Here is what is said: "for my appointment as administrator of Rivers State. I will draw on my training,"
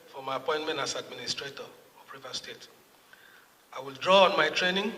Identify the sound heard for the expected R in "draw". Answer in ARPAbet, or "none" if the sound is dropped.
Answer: R